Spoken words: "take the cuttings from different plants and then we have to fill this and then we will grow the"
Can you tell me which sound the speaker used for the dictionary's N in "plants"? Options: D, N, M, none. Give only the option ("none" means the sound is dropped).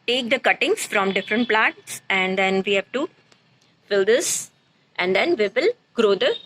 none